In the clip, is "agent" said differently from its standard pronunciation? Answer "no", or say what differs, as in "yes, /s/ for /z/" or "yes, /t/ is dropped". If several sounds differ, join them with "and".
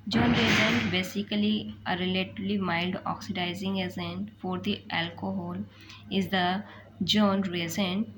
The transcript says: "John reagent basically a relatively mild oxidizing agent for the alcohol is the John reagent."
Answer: yes, /z/ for /dʒ/